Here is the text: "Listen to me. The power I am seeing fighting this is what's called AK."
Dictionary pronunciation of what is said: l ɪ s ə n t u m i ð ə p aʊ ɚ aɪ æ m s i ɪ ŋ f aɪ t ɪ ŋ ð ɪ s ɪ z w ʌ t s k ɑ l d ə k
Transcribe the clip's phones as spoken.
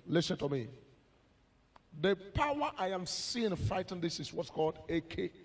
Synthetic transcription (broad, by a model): l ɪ s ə n t u m i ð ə p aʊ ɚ aɪ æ m s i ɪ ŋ f aɪ t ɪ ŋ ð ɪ s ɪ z w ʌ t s k ɑ l d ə k